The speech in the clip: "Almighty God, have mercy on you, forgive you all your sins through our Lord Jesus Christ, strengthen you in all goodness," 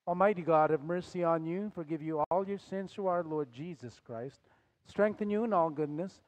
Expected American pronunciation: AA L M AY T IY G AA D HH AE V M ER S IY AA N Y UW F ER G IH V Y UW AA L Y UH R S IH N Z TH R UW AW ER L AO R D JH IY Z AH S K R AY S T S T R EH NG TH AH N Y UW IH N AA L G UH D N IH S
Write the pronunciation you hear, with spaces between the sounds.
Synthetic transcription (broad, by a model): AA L M AY T IY G AA D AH V M ER S IY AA N Y UW F ER G IH V Y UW AA L Y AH R S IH N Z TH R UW AW ER L AO R D JH IY Z AH S K R AY S T S T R EH NG TH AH N Y UW IH N AA L G UH D N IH S